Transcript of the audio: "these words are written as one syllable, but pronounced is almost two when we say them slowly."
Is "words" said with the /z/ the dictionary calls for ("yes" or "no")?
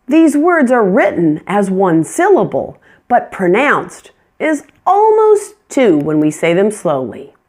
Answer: yes